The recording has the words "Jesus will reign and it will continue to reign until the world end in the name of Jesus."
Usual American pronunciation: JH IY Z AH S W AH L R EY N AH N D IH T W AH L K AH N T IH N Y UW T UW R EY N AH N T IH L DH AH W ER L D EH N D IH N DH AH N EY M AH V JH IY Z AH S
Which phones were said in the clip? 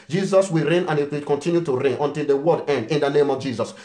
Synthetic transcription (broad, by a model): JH IY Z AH S W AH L R EY N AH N IH T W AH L K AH N T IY N Y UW T UW R EY N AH N T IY L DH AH W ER D EH N D IH N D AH N EY M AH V JH IY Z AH S